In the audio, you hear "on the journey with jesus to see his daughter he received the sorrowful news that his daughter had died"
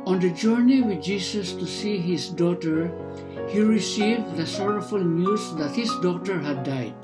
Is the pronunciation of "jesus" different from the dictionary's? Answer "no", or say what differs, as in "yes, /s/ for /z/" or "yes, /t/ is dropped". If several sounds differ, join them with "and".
yes, /s/ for /z/